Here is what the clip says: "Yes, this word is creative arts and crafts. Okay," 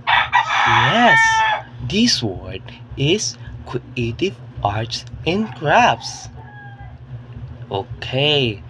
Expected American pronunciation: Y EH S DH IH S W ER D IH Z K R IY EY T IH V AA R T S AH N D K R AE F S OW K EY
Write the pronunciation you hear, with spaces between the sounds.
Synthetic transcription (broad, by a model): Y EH S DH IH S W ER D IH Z K W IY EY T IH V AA R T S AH N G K R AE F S OW K EY